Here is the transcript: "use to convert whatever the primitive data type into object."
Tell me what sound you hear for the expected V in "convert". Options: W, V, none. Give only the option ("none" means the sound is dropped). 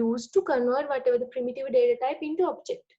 none